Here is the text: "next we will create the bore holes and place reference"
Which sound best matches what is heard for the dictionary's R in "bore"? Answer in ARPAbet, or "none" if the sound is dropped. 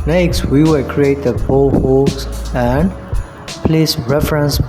L